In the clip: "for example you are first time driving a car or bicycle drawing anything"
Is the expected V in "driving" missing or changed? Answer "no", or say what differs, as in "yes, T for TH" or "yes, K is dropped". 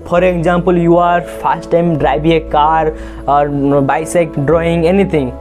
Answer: yes, B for V